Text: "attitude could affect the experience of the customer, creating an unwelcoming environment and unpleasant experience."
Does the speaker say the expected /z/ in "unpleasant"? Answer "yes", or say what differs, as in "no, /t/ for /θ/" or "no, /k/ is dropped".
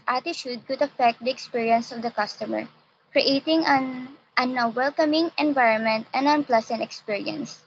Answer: no, /s/ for /z/